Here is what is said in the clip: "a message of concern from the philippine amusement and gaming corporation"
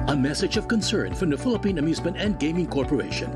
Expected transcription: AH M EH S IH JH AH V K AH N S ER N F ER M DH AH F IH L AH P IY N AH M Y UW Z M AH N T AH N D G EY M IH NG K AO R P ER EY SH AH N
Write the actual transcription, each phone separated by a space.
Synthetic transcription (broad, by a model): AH M EH S IH JH AH V K AH N S ER N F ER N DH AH F IH L AH P IY N AH M Y UW Z M AH N T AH N G EY M IH NG K AO R P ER EY SH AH N